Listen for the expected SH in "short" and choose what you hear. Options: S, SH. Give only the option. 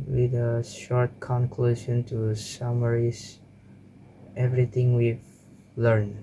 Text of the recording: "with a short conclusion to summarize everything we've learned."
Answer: SH